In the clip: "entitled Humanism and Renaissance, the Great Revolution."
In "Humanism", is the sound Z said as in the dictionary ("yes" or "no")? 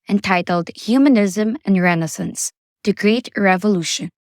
yes